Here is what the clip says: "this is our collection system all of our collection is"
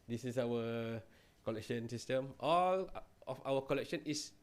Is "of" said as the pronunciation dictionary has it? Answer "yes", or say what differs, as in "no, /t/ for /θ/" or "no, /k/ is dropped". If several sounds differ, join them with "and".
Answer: no, /f/ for /v/